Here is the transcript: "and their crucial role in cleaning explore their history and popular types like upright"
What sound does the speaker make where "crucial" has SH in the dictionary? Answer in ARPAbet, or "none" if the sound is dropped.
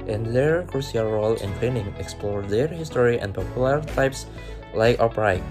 S